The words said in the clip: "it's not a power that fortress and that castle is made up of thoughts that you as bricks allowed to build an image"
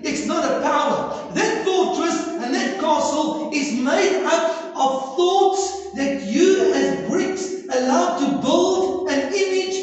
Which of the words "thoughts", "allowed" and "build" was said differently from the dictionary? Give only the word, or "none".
none